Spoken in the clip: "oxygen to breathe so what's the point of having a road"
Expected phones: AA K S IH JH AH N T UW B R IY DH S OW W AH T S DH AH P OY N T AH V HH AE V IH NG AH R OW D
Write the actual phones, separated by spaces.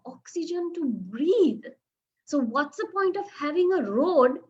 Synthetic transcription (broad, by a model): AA K S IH JH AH N T UW B R IY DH S OW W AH T S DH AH P OY N T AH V HH AE V IH NG AH R OW D